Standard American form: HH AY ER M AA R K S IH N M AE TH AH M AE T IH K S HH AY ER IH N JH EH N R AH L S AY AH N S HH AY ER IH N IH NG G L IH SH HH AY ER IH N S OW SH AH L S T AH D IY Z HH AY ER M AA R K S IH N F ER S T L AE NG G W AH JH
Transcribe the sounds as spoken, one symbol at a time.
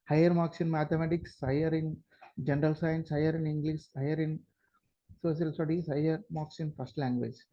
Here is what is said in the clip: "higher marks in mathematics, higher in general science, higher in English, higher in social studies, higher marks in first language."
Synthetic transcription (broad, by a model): HH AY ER M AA K S IH N M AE T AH M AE T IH K S HH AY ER IH N JH EH N R AH L S AY AH N S HH AY ER IH N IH NG G L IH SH HH AY ER IH N S OW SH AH L S T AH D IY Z HH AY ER M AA K S IH N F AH S T L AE NG G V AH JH